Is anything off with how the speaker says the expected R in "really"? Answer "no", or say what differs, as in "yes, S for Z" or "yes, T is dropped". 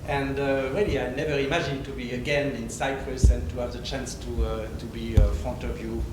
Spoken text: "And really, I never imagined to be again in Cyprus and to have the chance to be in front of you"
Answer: yes, W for R